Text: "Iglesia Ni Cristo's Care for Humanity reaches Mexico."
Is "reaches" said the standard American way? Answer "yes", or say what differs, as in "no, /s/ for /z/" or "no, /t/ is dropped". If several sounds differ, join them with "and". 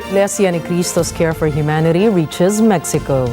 yes